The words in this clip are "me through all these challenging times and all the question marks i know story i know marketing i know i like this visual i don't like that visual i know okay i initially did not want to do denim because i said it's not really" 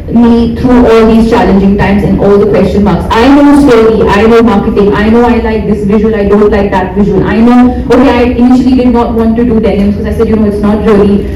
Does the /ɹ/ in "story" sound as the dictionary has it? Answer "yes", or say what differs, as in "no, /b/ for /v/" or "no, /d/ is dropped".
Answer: no, /l/ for /ɹ/